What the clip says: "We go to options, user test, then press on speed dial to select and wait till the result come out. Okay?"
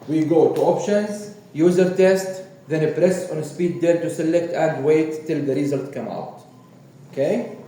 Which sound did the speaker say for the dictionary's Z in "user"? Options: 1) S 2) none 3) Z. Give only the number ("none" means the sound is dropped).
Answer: 3